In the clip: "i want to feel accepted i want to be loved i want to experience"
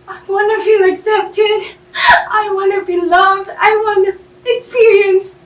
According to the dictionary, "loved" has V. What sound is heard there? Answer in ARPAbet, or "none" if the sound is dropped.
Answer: V